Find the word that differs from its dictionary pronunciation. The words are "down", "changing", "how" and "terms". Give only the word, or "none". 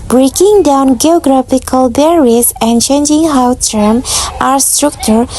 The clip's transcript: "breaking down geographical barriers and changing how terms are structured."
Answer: terms